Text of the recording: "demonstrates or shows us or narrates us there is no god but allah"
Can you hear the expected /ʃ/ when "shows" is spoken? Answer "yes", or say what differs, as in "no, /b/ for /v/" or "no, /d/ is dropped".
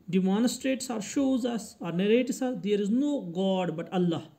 yes